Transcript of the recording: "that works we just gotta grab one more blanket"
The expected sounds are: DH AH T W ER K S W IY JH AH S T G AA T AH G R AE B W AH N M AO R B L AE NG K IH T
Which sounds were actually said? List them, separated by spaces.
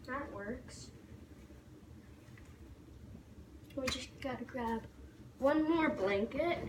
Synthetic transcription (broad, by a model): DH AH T W ER K S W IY JH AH S G AA T AH G R AE B W AH N M AO R B L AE NG K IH T